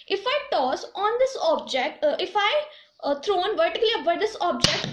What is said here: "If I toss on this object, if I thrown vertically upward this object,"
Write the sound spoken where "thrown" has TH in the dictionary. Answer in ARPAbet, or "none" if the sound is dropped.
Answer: T